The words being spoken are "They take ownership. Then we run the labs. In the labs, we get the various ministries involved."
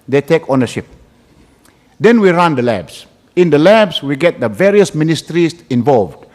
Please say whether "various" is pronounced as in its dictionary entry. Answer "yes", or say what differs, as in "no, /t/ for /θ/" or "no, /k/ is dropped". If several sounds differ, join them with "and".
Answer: yes